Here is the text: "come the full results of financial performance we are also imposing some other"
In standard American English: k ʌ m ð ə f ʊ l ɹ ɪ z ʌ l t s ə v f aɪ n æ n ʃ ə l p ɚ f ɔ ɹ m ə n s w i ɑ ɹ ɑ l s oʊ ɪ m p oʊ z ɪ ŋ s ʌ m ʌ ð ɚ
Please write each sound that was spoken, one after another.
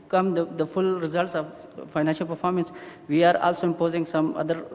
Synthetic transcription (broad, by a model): k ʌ m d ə f ʊ l ɹ ɪ z ʌ l t s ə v f aɪ n æ n ʃ ə l p ɚ f ɔ ɹ m ə n s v i ɑ ɹ ɑ l s oʊ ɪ m p oʊ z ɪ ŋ s ʌ m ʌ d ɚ